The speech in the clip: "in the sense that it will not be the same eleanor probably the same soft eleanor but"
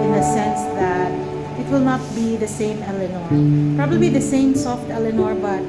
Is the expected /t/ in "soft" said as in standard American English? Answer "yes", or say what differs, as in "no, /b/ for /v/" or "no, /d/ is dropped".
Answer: yes